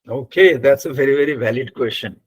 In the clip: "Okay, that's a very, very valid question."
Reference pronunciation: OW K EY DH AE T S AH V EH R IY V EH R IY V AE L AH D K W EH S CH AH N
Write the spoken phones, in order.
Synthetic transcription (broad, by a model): OW K EY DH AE T S AH V EH R IY V EH R IY V AE L AH D K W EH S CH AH N